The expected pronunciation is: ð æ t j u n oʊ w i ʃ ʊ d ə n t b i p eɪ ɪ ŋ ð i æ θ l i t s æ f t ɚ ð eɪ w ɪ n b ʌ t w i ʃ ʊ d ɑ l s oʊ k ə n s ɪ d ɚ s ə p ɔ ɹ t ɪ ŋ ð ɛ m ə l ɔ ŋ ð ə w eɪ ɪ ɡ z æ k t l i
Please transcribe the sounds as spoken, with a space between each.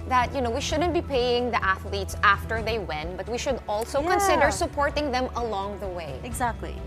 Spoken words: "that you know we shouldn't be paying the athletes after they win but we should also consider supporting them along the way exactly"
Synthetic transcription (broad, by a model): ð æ t j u n oʊ w i ʃ ʊ d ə n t b i p eɪ ɪ ŋ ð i æ θ l i t s æ f t ɚ ð eɪ w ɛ n b ʌ t w i ʃ ʊ d ɑ l s oʊ k ə n s ɪ d ɚ s ə p ɔ ɹ t ɪ ŋ ð ɛ m ə l ɔ ŋ ð ə w eɪ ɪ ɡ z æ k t l i